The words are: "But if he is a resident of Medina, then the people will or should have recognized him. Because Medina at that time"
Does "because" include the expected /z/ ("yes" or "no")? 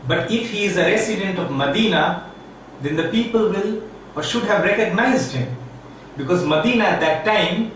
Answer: yes